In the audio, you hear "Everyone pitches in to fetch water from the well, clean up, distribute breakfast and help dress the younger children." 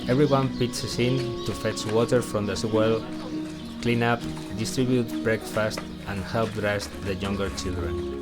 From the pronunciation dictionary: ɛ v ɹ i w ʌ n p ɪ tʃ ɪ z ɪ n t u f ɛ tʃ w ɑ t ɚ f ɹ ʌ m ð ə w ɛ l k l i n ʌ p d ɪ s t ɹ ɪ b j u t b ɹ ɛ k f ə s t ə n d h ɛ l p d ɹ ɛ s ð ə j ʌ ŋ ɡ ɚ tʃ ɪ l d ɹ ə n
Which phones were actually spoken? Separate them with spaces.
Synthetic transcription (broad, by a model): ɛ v ɹ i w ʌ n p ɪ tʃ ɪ s ɪ n t u f ɛ tʃ w ɑ t ɚ f ɹ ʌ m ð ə w ɛ l k l i n ʌ p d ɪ s t ɹ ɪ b j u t b ɹ ɛ k f ə s t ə n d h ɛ l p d ɹ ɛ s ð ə j ʌ ŋ ɡ ɚ tʃ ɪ l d ɹ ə n